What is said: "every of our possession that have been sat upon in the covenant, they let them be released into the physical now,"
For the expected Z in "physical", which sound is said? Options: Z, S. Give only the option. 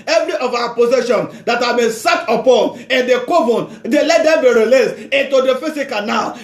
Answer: S